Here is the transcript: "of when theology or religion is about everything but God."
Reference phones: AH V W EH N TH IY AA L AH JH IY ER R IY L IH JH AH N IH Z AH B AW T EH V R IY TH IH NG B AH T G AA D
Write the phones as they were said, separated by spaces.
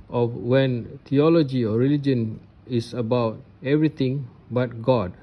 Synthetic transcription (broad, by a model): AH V W EH N T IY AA L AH JH IY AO R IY L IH JH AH N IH S AH B AW T EH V R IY T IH NG B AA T G AA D